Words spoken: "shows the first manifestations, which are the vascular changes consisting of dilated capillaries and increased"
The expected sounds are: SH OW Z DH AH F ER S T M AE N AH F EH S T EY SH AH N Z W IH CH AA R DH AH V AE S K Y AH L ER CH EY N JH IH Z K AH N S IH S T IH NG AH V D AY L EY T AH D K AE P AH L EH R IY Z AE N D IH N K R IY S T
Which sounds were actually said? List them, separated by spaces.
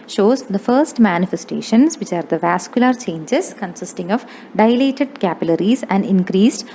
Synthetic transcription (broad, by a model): SH OW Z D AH F ER S T M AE N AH F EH S T EY SH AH N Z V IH CH AA R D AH V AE S K Y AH L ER CH EY N JH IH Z K AH N S IH S T IH NG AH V D AY L EY T AH D K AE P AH L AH R IY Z AE N D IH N K R IY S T